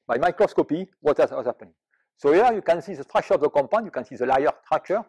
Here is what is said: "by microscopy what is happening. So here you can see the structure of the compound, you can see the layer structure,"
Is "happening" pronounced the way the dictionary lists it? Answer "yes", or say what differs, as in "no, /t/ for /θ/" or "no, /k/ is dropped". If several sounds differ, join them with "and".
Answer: no, /n/ is dropped